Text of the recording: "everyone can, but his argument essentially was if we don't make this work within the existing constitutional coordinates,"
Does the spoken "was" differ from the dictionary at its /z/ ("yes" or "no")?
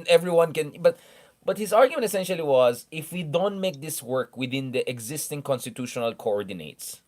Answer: no